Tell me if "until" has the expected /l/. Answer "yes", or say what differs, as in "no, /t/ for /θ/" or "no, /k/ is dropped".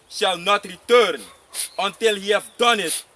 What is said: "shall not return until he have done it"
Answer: yes